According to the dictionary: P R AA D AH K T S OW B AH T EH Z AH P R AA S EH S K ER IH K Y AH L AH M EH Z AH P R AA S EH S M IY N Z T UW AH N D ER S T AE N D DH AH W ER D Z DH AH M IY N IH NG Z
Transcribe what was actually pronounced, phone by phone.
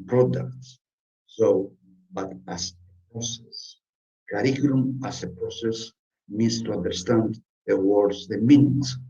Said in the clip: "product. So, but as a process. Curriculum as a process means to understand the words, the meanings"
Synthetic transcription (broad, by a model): P R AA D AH K T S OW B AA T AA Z AH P R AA S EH S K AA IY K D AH N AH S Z AH P R AA S EH S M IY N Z T UW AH N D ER S T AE N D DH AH W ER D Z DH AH M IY N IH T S